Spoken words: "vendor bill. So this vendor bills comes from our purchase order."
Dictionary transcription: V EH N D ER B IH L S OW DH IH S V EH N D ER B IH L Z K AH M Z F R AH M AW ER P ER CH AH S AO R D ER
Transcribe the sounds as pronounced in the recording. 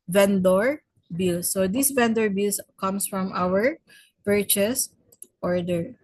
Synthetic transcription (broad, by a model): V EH N D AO B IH L S OW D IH S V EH N D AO B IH L S K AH M S F R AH M AW ER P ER CH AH S AO R D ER